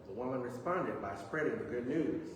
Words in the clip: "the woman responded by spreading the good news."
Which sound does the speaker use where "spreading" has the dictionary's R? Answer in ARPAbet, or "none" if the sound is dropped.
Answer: R